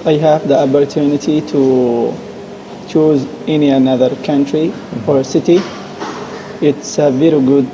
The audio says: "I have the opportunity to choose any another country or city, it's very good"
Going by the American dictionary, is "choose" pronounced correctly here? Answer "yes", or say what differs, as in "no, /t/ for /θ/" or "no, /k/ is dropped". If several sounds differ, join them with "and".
yes